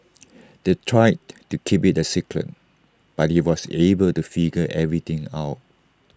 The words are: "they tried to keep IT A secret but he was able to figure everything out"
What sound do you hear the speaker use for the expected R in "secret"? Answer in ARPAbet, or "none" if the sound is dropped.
L